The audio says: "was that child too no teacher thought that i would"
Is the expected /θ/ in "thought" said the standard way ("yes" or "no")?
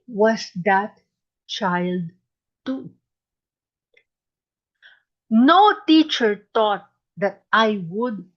no